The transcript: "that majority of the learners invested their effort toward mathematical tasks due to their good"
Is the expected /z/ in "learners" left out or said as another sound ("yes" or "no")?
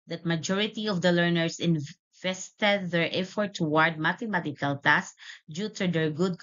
yes